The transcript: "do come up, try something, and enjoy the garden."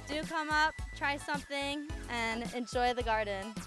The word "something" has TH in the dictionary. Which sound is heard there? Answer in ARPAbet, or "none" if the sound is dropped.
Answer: TH